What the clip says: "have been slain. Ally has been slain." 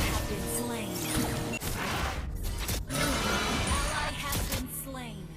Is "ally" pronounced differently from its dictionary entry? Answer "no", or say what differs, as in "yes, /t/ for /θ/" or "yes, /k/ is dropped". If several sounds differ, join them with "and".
yes, /n/ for /l/